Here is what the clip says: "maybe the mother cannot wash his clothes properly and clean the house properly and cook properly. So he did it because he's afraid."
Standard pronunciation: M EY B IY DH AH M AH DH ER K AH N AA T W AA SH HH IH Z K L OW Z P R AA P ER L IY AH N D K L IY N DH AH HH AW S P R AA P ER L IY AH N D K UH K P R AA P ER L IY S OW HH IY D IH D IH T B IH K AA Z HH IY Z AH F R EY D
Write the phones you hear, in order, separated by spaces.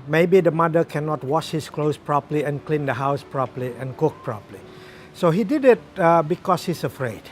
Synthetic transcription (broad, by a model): M EY B IY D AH M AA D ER K AH N AA T W AA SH HH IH S K L OW S P R AA P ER L IY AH N K L IY N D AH HH AW S P R AA P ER L IY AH N K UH K P R AA P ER L IY S OW HH IY D IH D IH T B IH K AA S HH IY S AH F R EY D